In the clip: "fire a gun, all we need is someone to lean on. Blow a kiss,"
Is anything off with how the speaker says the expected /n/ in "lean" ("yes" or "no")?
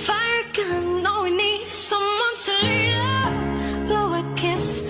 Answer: yes